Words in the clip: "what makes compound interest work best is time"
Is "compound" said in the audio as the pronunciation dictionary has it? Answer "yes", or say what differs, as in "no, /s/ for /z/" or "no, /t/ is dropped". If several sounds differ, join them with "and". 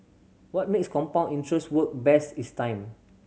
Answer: no, /d/ is dropped